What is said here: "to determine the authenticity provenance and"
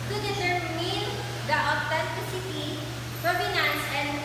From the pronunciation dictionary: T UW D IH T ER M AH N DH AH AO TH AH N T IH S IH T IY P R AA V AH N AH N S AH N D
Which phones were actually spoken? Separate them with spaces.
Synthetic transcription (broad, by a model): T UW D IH S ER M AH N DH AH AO T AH N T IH S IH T IY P R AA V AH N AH N S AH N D